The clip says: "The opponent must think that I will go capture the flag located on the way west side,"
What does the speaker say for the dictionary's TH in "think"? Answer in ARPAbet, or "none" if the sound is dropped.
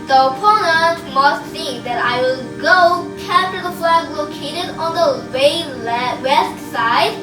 S